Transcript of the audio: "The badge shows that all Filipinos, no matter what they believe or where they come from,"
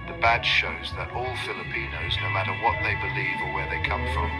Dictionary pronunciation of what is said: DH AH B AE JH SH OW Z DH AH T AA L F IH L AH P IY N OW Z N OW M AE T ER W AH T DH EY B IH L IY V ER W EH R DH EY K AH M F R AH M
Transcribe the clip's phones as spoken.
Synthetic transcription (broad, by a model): DH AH B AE SH SH OW Z DH AH T AA L F IH L AH P IY N OW Z N OW M AE T ER W AH T DH EY B IH L IY V ER W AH R DH EY K AH M F R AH M